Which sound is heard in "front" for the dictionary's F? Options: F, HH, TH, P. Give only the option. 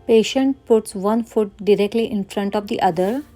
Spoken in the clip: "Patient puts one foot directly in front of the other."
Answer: F